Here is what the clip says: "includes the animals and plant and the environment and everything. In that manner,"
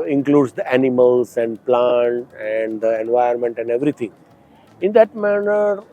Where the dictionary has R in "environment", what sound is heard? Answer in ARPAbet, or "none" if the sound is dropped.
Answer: none